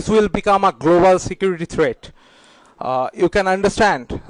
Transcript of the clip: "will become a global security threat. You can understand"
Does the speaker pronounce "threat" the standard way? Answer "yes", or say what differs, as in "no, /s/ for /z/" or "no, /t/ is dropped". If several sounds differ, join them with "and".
no, /t/ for /θ/